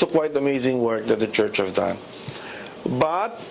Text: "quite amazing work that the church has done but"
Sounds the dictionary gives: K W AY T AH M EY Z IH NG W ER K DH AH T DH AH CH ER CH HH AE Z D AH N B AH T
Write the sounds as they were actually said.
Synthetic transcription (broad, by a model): K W AY T AH M EY Z IH NG W ER K DH AH T DH AH CH ER CH HH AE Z D AH N B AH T